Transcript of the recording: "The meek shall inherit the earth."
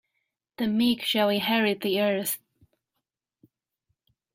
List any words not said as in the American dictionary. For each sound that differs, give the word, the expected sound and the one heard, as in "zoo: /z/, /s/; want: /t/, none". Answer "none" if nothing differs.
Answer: inherit: /n/, none